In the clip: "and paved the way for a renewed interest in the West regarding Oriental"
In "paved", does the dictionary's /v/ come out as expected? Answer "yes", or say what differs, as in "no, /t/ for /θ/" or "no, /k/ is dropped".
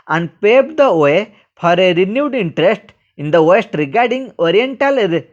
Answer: no, /b/ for /v/